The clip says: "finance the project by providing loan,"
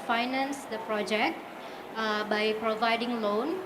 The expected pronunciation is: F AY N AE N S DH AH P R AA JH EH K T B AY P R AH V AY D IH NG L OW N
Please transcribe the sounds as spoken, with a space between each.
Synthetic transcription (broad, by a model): F AY N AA N S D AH P R AA JH EH K T B AY P R AH V AY D IH NG L OW N